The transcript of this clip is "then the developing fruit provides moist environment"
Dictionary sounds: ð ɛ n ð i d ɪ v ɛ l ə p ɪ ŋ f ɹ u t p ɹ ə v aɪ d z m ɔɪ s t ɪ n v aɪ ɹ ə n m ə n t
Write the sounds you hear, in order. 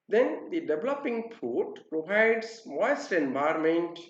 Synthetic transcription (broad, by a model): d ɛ n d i d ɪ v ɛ l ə p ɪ ŋ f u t p ɹ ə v aɪ d s m ɔɪ s t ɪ n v aɪ ɹ m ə n t